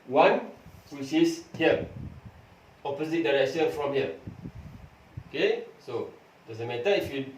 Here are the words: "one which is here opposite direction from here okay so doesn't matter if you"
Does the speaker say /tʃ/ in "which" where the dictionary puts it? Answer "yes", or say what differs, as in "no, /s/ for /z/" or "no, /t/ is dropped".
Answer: no, /s/ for /tʃ/